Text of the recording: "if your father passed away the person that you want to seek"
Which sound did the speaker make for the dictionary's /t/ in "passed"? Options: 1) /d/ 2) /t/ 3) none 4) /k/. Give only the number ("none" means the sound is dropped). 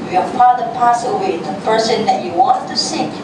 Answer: 3